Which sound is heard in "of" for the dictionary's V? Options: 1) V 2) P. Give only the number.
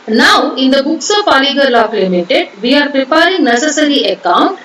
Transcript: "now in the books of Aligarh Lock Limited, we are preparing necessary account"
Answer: 2